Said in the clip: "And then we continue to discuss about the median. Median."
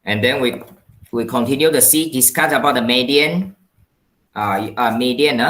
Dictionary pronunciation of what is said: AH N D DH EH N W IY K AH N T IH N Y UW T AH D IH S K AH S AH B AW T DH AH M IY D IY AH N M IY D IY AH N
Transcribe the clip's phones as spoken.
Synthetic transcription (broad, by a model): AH N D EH N W IY K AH N T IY N Y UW S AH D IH S K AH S AH B AW T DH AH M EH D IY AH N M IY D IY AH N